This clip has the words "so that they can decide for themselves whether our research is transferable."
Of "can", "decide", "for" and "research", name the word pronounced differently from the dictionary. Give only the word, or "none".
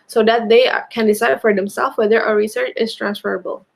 none